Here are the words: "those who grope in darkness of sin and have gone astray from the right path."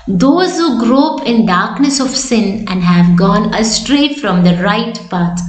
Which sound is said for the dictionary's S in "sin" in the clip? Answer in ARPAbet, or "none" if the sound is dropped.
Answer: S